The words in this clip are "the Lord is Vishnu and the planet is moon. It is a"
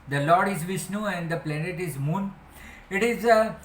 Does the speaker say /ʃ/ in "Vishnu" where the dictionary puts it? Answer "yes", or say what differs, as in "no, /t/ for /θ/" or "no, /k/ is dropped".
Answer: no, /s/ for /ʃ/